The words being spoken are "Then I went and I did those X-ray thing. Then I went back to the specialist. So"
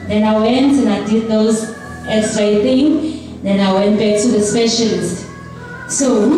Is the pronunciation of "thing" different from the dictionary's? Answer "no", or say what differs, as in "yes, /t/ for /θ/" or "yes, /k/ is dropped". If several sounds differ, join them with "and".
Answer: yes, /t/ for /θ/